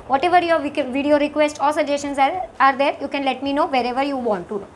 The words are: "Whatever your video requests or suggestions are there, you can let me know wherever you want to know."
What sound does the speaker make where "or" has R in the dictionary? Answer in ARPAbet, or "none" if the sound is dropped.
L